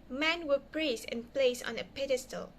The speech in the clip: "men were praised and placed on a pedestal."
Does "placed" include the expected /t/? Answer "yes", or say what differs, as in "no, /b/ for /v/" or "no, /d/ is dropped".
no, /t/ is dropped